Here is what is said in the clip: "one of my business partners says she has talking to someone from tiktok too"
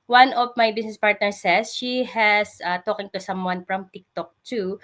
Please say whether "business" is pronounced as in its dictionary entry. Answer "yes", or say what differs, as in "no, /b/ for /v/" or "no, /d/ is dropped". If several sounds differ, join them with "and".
no, /s/ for /z/